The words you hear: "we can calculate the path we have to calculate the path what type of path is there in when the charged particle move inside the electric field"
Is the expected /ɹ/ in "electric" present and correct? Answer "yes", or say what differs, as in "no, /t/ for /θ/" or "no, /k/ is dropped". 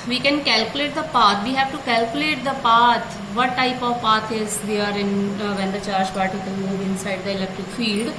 yes